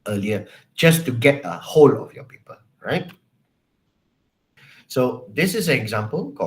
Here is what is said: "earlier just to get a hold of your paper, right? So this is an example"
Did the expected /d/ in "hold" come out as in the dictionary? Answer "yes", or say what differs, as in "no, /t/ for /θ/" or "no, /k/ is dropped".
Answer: no, /d/ is dropped